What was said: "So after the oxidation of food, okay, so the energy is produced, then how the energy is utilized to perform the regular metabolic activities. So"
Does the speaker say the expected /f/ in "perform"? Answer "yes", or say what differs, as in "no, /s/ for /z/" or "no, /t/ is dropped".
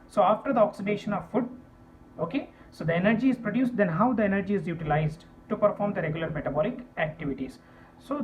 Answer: yes